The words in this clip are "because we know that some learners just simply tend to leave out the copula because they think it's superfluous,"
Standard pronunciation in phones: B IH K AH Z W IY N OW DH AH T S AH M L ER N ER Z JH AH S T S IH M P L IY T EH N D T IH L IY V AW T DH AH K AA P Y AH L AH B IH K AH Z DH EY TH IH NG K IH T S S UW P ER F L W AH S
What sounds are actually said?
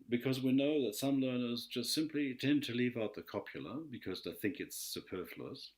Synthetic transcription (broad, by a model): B IH K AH Z W IY N OW DH AH T S AH M L ER N ER Z JH AH S T S IH M P L IY T EH N T IH L IY V AW T DH AH K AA P Y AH L AH B IH K AH Z DH EY TH IH NG K IH T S S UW P ER F L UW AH S